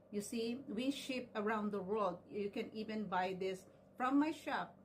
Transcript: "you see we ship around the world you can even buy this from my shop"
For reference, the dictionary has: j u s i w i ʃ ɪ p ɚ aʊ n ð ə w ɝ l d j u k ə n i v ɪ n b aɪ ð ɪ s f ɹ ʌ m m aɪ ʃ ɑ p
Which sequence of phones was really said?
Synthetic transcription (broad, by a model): j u s i w i ʃ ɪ p ɚ aʊ n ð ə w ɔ d j u k ə n i v ɪ n b aɪ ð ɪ s f ɹ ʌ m m aɪ ʃ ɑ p